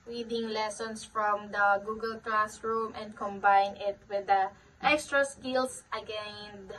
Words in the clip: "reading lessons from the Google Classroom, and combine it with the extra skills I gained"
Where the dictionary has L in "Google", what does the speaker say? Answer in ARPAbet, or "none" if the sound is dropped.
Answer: L